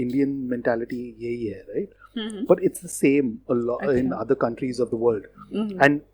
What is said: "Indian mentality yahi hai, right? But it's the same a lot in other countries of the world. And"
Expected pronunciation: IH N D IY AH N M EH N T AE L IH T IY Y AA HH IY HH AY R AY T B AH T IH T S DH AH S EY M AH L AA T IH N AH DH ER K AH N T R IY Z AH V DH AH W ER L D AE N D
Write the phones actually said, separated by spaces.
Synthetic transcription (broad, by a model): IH N D IY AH N M EH N T AE L IH T IY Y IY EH R AY T B AH T IH T S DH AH S EY M AH L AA IH N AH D ER K AH N T R IY Z AH V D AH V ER L D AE N D